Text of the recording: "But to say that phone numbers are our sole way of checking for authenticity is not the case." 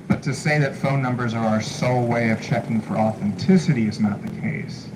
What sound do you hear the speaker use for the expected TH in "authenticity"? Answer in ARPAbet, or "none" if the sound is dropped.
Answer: TH